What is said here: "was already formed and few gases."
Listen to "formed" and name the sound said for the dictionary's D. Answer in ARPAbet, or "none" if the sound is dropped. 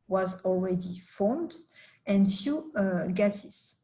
D